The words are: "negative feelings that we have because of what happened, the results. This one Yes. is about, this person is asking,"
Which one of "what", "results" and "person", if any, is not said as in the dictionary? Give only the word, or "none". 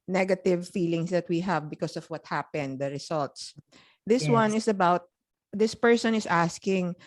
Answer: results